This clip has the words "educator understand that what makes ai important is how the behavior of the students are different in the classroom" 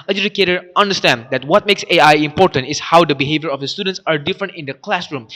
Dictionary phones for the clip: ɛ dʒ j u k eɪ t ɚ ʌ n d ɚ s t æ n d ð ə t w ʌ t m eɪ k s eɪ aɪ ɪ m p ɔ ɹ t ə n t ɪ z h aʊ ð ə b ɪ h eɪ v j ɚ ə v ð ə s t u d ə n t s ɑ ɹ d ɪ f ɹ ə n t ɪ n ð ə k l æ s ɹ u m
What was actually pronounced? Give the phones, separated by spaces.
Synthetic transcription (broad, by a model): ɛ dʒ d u k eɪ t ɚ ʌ n d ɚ s t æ n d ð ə t w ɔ t m eɪ k s eɪ aɪ ɪ m p ɔ ɹ t ə n t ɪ s h aʊ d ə b ɪ h eɪ v j ɚ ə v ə s t u d ə n t s ɑ ɹ d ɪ f ɹ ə n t ɪ n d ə k l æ s ɹ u m